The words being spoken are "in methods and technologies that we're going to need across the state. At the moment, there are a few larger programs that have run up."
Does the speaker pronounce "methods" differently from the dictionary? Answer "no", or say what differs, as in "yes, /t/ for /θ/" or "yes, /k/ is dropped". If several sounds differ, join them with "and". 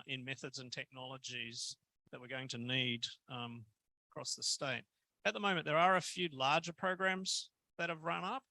no